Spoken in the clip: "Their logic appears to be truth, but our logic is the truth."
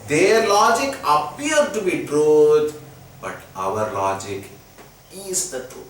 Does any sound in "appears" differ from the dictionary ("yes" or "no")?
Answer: yes